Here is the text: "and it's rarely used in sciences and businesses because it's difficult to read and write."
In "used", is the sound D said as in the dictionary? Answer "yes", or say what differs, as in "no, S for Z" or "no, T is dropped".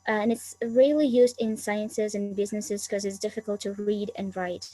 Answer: yes